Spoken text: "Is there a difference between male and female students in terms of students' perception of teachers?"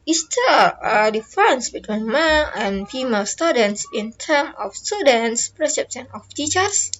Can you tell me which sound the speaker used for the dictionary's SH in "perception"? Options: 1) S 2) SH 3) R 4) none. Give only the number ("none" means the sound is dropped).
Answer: 1